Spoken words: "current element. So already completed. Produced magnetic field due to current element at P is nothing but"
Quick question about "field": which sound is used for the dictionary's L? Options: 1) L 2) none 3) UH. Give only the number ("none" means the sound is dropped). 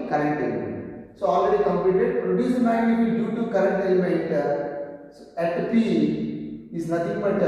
2